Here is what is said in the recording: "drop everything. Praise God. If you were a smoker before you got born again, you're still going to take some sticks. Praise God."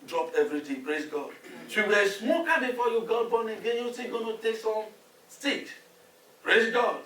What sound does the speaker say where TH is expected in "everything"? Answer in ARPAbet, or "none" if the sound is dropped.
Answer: T